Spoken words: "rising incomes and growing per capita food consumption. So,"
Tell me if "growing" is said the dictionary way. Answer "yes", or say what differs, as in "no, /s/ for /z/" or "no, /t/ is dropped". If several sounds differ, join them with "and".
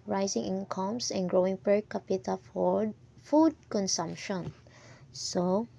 yes